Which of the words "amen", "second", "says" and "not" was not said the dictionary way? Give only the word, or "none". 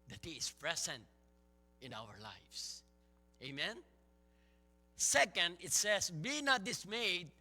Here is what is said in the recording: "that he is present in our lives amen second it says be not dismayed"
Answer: says